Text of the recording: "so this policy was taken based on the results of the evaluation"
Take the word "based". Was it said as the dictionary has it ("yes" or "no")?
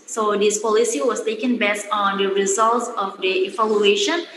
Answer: no